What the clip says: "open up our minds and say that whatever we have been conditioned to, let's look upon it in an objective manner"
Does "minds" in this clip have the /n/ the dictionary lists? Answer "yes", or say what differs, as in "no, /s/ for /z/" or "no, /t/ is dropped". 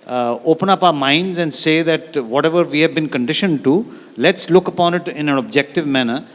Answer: yes